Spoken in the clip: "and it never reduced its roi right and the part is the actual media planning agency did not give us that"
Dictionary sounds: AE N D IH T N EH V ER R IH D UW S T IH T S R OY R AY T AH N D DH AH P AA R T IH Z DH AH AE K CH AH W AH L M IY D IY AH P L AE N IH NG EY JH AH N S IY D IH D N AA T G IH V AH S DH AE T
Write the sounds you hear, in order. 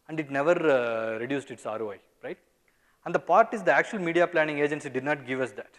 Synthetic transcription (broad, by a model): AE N D IH T N EH V ER R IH D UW S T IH T S R OY R AY T AH N D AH P AA R T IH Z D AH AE K CH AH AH L M IY D IY AH P L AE N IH NG EY JH AH N S IY D IH D N AA T G IH V AH S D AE T